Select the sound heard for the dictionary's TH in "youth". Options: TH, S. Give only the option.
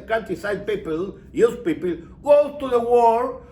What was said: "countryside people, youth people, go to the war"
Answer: S